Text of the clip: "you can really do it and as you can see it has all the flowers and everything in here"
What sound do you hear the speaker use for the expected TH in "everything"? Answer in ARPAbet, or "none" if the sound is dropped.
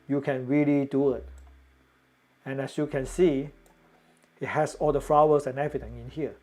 T